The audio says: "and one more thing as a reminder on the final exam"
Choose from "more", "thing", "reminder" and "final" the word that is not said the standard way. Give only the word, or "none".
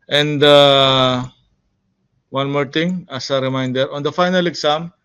thing